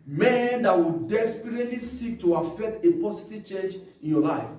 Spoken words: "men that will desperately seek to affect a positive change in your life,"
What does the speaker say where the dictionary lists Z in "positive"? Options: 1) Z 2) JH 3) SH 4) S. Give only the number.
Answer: 4